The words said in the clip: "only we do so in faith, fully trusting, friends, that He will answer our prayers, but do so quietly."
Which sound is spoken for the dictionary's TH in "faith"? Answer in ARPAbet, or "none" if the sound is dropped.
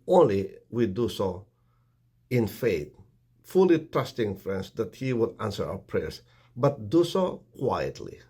T